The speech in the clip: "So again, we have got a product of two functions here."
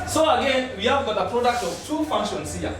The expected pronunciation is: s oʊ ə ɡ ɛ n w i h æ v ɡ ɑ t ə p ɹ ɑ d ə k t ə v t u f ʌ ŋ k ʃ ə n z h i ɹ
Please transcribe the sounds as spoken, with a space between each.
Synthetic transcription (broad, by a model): s oʊ ə ɡ ɛ n w i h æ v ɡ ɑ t ə p ɹ ɑ d ə k t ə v t u f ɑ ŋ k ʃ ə n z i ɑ